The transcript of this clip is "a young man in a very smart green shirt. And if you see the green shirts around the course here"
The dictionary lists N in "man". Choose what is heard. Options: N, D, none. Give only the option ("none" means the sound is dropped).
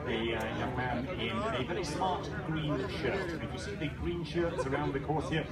N